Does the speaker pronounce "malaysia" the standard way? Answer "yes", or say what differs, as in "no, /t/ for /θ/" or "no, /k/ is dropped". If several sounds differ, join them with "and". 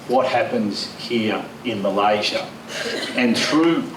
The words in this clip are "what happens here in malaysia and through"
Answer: yes